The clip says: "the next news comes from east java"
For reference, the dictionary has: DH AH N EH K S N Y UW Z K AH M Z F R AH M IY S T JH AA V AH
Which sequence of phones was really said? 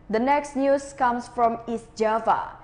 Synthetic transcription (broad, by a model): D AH N EH K S N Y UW S K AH M S F R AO M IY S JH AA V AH